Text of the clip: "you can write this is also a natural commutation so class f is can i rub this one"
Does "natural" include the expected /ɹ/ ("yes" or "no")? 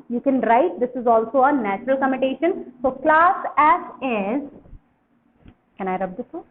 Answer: yes